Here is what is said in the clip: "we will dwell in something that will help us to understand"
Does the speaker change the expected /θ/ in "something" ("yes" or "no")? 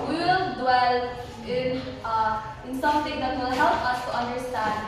yes